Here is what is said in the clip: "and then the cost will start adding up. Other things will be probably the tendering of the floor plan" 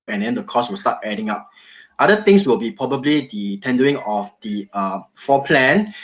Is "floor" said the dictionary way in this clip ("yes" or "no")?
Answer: no